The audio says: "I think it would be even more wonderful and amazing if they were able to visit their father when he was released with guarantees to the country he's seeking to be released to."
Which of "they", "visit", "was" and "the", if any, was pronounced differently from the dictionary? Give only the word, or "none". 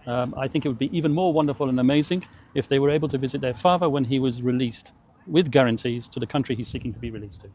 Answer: none